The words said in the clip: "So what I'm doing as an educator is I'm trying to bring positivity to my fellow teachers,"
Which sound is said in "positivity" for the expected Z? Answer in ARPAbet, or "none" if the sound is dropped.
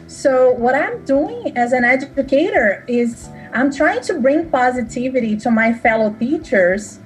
Z